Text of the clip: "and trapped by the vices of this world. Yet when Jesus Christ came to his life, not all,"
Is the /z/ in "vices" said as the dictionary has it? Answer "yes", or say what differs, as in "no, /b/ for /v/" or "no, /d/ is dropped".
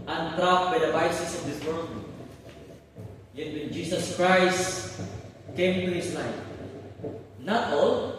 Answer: no, /s/ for /z/